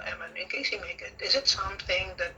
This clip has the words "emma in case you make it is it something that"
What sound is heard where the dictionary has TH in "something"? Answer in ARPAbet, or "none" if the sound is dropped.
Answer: TH